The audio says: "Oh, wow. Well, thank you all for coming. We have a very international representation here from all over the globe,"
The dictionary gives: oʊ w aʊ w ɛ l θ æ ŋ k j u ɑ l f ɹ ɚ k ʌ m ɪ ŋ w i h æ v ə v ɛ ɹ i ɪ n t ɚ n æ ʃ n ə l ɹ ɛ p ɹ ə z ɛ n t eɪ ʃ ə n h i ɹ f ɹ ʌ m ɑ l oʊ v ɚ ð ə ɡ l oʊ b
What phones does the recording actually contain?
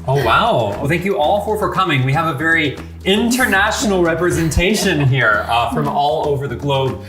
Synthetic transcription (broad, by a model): oʊ w aʊ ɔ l θ æ ŋ k j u ɑ l f ɹ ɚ k ʌ m ɪ ŋ w i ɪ v ə v ɛ ɹ i ɪ n t ɚ n æ ʃ n l ɹ ɛ p ɹ ə z ɛ n t eɪ ʃ ə n h i ɹ f ɹ ʌ m ɑ l oʊ v ɚ ð ə ɡ l oʊ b